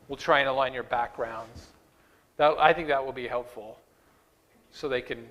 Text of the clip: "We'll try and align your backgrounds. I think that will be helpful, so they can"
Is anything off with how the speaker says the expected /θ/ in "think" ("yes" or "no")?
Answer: no